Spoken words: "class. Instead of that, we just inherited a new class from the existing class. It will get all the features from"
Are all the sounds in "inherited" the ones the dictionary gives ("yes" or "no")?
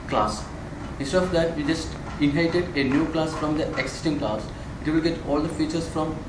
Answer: no